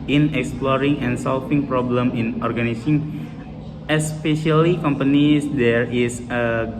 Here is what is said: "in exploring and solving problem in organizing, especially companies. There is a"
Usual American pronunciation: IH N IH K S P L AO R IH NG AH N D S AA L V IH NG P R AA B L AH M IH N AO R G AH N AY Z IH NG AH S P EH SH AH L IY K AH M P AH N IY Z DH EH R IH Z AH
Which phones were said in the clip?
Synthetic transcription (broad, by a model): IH N IH K S P L AO R IH NG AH N S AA L F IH NG P R AA B L AH M IH N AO R G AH N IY S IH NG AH S P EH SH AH L IY K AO M P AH N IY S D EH R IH S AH